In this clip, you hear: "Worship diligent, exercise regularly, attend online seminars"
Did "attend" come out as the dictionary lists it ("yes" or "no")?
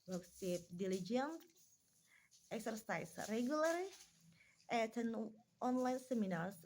no